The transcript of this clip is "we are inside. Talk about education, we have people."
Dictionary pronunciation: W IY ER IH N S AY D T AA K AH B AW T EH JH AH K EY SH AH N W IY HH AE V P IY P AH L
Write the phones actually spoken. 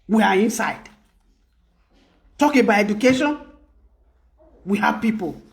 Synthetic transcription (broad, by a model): W IY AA IH N S AY D T AA K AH B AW EH JH AH K EY SH AH N W IY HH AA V P IY P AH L